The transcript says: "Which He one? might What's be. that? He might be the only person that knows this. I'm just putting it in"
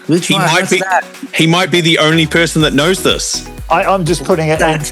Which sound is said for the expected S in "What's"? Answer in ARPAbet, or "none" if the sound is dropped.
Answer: none